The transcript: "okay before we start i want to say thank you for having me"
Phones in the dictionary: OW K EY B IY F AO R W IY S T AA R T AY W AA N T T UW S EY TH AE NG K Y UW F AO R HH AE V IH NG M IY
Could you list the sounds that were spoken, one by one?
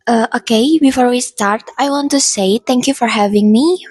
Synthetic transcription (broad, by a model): OW K EY B IY F AO R W IY S T AA R T AY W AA N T T UW S EY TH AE NG K Y UW F AO R HH AE V IH NG M IY